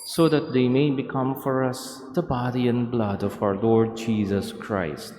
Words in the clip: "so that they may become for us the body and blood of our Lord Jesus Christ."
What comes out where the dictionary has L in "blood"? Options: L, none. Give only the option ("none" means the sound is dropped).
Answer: L